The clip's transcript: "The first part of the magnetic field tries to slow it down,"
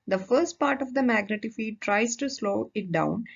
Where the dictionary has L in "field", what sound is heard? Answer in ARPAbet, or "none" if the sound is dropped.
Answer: none